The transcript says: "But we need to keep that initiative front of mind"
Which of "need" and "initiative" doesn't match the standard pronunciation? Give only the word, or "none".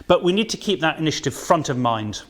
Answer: none